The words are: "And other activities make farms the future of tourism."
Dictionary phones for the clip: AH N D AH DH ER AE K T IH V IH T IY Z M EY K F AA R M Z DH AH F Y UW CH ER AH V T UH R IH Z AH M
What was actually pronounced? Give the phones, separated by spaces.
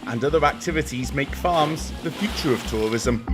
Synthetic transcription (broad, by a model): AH N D AH DH ER AE K T IH V IH T IY Z M EY K F AA M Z DH AH F Y UW CH ER AH V T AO R IH Z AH M